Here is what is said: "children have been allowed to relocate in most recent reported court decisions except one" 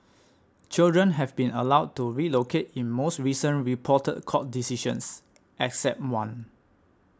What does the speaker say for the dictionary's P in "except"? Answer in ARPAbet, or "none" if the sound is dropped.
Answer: P